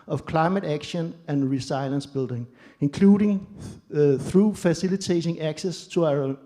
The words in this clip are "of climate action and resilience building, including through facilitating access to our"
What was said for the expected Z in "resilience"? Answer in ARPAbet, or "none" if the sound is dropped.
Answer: S